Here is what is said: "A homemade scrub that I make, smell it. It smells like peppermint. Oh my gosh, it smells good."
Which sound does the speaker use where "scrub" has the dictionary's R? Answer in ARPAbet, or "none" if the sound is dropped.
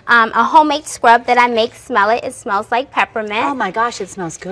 R